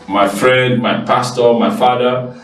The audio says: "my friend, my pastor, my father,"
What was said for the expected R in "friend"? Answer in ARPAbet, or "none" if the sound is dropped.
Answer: R